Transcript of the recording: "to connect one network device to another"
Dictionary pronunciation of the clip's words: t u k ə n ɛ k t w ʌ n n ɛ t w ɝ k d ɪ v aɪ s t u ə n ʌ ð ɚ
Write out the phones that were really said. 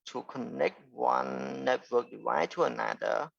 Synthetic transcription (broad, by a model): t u k ə n ɛ k t w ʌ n n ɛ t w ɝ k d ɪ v aɪ t u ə n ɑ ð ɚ